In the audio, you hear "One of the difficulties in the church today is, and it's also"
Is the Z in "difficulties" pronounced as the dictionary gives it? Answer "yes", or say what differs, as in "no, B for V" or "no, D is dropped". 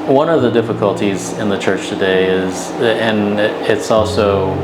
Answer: yes